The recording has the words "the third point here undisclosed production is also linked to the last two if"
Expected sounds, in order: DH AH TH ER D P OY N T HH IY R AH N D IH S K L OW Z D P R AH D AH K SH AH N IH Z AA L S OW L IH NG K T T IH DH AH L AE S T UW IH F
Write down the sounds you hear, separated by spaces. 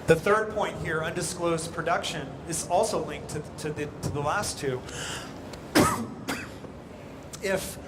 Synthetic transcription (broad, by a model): DH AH TH ER D P OY N T HH IY R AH N D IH S K L OW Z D P R AH D AH K SH AH N IH Z AA L S OW L IH NG K T T IH DH AH L AE S T UW IH F